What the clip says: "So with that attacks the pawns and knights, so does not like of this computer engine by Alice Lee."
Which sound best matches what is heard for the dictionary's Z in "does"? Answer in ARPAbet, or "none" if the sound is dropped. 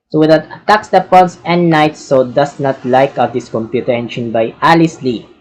S